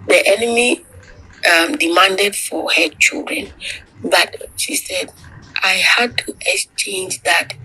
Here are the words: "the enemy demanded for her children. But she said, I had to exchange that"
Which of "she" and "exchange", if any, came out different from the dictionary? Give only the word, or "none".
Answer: none